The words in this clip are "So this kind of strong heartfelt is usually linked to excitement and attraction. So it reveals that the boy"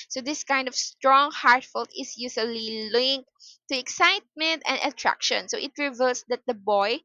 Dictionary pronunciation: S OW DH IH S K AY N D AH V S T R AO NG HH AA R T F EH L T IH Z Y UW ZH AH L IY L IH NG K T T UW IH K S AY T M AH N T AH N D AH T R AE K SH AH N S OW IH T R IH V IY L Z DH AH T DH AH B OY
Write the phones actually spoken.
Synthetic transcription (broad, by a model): S OW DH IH S K AY N D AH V S T R AO NG HH AA R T F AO L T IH S Y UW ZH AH L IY L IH NG K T T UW IH K S AY T M AH N T AH N D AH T R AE K SH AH N S OW IH T R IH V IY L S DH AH T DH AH B OY